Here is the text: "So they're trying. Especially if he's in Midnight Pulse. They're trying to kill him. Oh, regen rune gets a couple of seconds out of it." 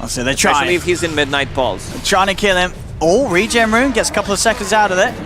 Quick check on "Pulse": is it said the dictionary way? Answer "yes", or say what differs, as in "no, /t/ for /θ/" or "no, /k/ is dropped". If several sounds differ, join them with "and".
no, /b/ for /p/